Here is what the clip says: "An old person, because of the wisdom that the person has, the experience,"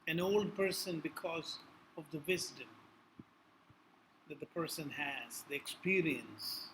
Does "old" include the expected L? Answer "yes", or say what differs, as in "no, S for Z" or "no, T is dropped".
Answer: yes